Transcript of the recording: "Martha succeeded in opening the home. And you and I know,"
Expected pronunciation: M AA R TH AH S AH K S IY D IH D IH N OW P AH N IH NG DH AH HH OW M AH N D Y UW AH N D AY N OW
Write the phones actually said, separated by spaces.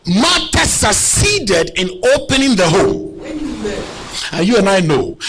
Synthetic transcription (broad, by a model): M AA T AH S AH S IY D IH D IH N OW P AH N IH NG DH AH HH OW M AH Y UW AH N AY N OW